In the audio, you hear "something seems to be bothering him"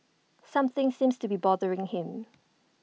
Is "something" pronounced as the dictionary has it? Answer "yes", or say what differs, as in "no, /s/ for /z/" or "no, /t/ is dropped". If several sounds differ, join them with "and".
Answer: yes